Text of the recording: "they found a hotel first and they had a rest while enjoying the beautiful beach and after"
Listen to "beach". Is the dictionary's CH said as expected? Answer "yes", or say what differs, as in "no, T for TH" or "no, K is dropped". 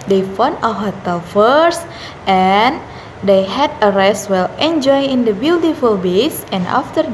no, S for CH